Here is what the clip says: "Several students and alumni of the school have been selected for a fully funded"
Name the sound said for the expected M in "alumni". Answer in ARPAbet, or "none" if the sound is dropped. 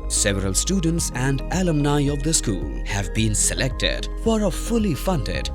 M